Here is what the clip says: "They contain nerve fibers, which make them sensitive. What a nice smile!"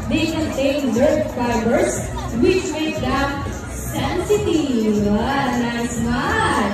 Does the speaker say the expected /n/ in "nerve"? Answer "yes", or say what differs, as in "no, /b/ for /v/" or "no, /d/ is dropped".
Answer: no, /l/ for /n/